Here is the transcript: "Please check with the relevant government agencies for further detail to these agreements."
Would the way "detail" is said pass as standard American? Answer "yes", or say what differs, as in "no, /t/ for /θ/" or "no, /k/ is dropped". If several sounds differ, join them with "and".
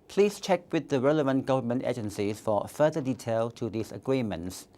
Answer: yes